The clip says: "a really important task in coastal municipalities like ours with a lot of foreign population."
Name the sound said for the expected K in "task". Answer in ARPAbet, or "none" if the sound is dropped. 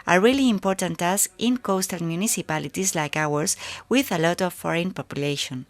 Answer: none